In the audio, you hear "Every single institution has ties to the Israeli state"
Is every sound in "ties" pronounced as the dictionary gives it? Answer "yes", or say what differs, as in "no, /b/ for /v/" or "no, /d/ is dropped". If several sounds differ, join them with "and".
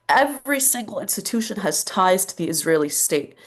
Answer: yes